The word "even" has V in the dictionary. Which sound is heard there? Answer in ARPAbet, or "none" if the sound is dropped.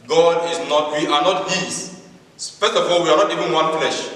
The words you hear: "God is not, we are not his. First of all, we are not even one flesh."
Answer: V